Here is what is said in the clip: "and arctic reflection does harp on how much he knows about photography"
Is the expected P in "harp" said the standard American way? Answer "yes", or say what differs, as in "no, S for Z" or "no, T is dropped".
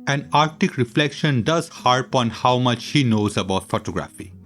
yes